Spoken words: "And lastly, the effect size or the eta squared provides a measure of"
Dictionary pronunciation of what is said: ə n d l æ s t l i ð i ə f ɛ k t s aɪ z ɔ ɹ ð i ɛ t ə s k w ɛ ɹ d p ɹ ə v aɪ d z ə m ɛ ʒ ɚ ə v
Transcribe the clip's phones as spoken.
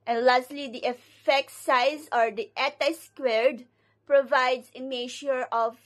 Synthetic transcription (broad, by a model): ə n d l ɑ s t l i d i ə f ɛ k t s aɪ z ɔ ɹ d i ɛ t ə s k w ɛ ɹ d p ɹ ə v aɪ d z ə m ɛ ʃ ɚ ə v